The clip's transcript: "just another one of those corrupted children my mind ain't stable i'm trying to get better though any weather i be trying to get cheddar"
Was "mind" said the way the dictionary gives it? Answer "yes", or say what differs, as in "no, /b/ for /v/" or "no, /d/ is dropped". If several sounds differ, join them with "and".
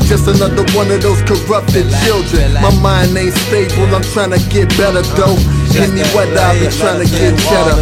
no, /d/ is dropped